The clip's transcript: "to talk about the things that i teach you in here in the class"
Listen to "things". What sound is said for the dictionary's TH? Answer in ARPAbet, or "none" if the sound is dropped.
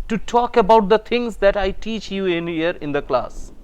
T